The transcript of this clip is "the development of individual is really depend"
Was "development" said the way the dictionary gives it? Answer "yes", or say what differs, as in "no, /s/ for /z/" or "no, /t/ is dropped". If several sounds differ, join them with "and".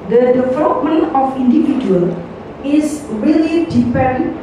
no, /t/ is dropped